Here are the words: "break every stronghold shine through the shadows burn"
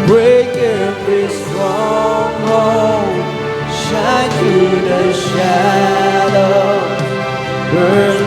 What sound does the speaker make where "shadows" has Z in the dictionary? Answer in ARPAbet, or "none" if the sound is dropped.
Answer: none